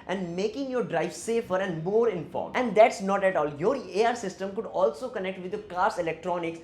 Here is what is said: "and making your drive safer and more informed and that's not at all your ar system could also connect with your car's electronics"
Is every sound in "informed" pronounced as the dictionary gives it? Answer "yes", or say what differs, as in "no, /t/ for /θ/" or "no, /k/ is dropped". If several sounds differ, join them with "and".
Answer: no, /d/ is dropped